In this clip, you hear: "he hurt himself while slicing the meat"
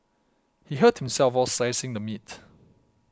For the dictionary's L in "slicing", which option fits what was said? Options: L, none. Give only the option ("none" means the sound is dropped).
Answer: none